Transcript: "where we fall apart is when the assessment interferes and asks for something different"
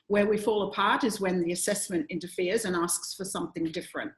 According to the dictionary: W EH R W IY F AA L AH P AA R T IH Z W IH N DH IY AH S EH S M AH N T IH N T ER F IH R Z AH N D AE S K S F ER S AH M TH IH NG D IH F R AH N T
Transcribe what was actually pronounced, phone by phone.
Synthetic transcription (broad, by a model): W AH R W IY F AA L AH P AA R T IH Z W IH N DH IY AH S EH S M AH N T IH N T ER F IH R Z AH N AE S K S F ER S AH M TH IH NG D IH F R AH N T